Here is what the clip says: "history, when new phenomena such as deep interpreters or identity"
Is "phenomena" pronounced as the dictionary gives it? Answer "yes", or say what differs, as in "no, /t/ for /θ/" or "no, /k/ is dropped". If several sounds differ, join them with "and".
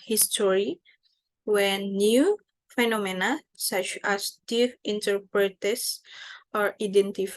yes